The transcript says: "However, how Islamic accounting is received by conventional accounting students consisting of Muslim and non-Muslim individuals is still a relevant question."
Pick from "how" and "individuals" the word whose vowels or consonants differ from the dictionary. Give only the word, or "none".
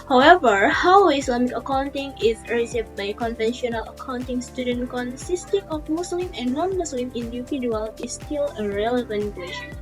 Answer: individuals